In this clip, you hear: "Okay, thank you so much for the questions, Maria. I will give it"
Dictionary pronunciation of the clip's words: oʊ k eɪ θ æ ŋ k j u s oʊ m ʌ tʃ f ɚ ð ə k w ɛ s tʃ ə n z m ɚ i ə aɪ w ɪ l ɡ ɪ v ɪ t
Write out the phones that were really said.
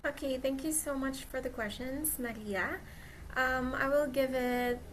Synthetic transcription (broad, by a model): oʊ k eɪ θ æ ŋ k j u s oʊ m ʌ tʃ f ɚ ð ə k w ɛ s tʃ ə n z m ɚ i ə aɪ w ɪ l ɡ ɪ v ɪ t